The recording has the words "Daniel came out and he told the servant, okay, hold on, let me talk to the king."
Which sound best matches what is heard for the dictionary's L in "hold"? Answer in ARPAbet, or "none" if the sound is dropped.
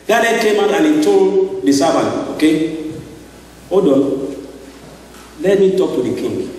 none